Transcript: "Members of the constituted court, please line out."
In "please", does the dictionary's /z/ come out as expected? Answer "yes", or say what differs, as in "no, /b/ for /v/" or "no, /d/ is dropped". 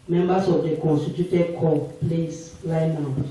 no, /s/ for /z/